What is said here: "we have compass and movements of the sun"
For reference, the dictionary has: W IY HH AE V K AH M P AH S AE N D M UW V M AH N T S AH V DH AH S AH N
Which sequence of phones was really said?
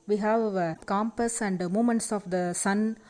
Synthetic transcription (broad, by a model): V IY HH AE V K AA M P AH S AE N D M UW M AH N T S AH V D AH S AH N